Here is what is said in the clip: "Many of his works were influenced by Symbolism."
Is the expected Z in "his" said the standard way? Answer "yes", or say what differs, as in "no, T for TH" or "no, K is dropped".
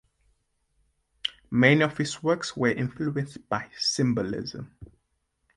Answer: no, S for Z